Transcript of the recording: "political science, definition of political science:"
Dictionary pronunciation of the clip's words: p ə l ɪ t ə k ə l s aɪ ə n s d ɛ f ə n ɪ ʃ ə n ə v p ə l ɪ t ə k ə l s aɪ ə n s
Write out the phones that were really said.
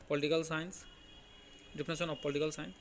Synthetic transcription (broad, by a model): p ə l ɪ t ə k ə l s aɪ n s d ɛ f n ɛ s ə n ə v p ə l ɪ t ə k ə l s aɪ n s